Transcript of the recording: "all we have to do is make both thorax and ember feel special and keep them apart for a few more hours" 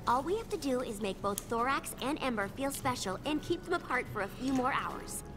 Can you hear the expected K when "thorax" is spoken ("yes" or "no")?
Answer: yes